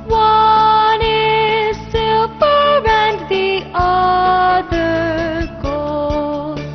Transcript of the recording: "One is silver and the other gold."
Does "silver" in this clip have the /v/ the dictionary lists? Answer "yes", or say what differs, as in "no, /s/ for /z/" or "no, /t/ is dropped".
no, /p/ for /v/